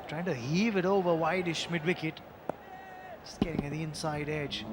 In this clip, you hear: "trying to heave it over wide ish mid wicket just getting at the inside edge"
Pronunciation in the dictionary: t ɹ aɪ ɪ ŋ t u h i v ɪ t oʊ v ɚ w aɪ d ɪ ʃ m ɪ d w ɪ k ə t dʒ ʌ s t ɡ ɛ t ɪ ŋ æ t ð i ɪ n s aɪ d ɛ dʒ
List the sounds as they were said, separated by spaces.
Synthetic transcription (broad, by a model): t ɹ aɪ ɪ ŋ t u h i v ɪ t oʊ v ɚ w aɪ d ɪ ʃ m ɪ d w ɪ k ə t s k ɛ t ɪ ŋ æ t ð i ɪ n s aɪ d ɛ dʒ